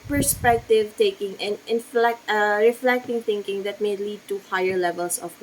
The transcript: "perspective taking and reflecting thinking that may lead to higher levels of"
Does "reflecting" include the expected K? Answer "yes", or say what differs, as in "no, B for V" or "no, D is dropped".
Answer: yes